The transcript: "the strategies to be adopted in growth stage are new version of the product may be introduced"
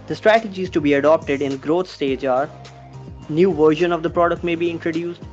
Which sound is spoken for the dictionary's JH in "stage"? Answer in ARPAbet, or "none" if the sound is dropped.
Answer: JH